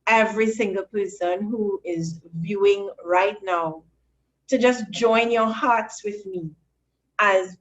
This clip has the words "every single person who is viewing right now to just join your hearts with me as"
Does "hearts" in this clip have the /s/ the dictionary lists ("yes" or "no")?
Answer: yes